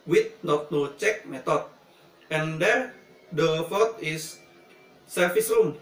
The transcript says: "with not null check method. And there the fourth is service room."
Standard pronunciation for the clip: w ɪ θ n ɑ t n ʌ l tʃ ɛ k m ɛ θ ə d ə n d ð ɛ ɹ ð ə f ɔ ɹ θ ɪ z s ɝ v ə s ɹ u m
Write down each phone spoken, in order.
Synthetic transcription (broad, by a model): w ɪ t n ɑ t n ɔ tʃ ɛ k m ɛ t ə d ə n d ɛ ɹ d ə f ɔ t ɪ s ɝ f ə s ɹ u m